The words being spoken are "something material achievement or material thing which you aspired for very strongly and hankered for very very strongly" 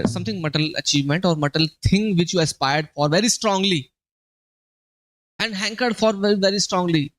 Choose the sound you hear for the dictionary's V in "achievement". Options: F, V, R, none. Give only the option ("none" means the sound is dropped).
V